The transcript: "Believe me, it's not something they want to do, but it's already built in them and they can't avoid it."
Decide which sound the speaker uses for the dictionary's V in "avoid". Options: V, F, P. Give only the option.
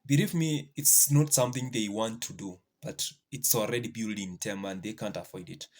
F